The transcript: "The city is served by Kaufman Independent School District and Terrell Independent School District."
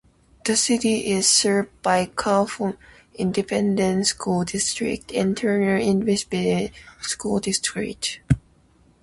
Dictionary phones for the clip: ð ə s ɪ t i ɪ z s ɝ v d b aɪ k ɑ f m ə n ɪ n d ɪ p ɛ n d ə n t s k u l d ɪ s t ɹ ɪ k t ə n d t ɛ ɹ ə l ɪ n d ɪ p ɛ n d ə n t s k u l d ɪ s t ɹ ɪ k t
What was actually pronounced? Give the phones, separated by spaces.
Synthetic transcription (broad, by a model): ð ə s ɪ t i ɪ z s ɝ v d b aɪ k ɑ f ə ɪ n d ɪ p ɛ n d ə n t s k u l d ɪ s t ɹ ɪ k t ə n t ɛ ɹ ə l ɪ n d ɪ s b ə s s k u l d ɪ s t ɹ ɪ k t